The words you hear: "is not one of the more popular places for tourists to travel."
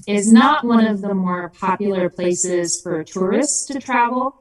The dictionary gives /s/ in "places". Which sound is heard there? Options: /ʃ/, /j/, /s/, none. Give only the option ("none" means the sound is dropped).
/s/